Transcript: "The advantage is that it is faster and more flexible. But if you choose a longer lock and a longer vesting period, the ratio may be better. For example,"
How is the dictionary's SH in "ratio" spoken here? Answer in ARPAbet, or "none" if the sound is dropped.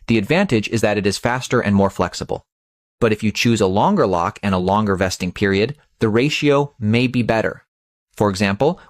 SH